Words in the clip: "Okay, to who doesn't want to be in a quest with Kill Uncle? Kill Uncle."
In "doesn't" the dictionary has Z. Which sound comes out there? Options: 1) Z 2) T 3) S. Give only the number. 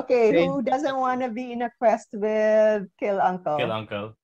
1